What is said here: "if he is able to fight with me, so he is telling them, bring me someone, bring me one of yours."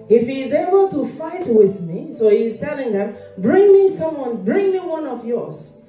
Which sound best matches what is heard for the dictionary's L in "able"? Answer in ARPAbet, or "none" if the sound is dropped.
L